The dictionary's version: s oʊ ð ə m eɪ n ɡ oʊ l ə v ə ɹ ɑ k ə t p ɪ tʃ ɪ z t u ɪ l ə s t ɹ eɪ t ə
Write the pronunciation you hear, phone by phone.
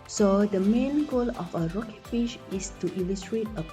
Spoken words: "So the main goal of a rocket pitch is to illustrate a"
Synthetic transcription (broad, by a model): s oʊ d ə m eɪ n ɡ oʊ l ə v ə ɹ ɑ k ə t f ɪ ʃ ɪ s t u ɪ l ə s t ɹ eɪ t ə